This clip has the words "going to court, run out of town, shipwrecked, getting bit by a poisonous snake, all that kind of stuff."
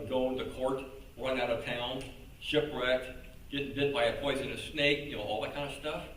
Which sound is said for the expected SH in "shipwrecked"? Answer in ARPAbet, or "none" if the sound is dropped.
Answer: SH